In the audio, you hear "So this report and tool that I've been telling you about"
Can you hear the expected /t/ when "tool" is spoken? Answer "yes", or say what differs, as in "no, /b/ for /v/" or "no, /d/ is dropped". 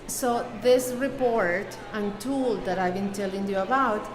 yes